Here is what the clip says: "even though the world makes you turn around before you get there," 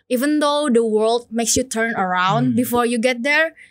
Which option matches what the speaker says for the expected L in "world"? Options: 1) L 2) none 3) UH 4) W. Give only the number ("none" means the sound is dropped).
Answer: 1